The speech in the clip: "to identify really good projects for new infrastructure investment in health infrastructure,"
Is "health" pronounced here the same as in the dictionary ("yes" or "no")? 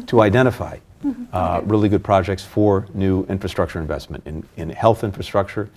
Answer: yes